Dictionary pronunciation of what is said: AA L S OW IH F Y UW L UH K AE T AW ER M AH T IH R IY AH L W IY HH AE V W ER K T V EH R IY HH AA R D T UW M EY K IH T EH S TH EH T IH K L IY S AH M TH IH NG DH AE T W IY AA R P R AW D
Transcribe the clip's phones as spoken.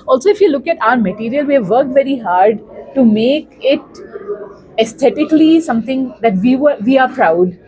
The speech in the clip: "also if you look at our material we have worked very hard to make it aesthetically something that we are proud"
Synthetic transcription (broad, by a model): AA L S OW IH F Y UW L UH K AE T AW ER M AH T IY R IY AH L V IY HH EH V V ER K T V EH R IY HH AA R D T UW M EY K IH T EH S T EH T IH K L IY S AH M T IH NG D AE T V IY AA R P R AW D